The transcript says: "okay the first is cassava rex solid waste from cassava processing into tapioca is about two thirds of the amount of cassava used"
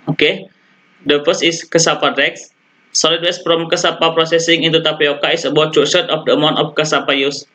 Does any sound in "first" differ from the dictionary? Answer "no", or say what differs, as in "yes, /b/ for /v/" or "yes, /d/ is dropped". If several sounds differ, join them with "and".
yes, /t/ is dropped